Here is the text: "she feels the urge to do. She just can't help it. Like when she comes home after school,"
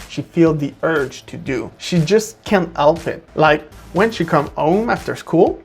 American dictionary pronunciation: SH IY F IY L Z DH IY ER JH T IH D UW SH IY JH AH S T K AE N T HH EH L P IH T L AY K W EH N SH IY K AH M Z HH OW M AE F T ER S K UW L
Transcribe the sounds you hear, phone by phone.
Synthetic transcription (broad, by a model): SH IY F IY L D DH IY ER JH T IH D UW SH IY JH AH S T K AE N T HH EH L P IH T L AY K W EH N SH IY K AH M HH OW M AE F T ER S K UW L